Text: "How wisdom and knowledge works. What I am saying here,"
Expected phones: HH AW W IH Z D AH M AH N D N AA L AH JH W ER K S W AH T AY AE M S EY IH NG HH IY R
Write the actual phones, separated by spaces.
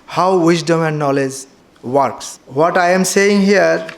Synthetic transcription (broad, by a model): HH AW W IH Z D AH M AH N D N AA L AH JH W ER K S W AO T AY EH M S EY IH NG HH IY R